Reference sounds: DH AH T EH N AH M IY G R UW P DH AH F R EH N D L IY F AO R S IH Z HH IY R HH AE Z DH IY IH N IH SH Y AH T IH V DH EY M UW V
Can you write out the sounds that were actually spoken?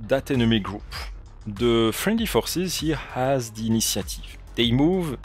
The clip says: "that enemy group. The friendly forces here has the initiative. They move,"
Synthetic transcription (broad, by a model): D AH T EH N AH M IY G R UW P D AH F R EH N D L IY F AO R S IH Z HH IY HH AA Z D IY N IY S Y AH T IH V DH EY M UW V